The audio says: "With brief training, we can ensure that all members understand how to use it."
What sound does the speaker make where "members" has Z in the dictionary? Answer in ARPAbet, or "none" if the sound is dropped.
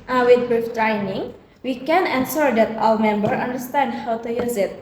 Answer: none